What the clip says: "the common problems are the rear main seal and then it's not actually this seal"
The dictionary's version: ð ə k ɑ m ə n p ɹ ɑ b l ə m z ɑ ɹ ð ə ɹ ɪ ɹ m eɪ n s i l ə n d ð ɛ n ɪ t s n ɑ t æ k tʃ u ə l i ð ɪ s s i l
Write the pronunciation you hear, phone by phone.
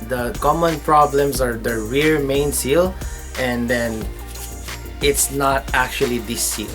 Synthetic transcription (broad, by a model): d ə k ɑ m ə n p ɹ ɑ b l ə m s ɑ ɹ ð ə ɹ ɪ ɹ m eɪ n s i l ə n d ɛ n ɪ t s n ɑ t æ k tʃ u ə l i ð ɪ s s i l